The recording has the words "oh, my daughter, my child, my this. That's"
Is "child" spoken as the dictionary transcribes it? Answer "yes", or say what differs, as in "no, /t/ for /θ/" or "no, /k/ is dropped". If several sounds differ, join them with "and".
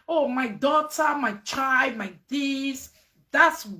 no, /l/ is dropped